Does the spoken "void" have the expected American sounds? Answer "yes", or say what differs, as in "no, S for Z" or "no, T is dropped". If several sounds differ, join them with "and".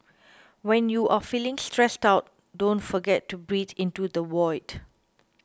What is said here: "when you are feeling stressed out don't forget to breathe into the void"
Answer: no, W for V